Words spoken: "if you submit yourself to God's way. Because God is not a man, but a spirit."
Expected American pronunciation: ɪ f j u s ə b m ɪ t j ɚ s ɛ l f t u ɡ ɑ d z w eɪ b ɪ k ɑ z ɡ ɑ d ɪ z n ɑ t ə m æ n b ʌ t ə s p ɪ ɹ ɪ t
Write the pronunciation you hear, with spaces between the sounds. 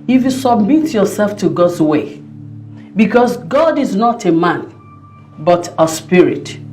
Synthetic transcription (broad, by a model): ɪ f j u s ə b m ɪ t j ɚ s ɛ l f t u ɡ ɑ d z w eɪ b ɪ k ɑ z ɡ ɑ d ɪ z n ɑ t ə m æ n b ʌ t ə s p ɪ ɹ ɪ t